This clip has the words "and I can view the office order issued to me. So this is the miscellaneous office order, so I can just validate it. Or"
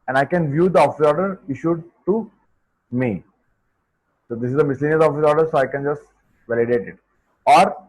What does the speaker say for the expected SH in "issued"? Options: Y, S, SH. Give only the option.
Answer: SH